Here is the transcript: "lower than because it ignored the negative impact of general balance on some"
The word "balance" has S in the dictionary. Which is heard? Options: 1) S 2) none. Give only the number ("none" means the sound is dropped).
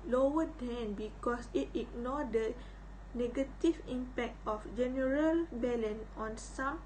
2